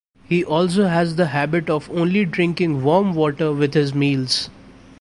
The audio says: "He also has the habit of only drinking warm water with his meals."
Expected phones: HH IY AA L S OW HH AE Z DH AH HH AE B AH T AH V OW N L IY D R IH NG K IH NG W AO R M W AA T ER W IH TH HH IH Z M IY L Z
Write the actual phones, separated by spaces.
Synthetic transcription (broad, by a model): HH IY AA L S OW HH AE Z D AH HH AE B AH T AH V OW N L IY D R IH NG K IH NG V AO R M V AA T ER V IH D HH IH Z M IY L Z